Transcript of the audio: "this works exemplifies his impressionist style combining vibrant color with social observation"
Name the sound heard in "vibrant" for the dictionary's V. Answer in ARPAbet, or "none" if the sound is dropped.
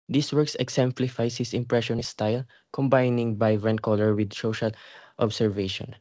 B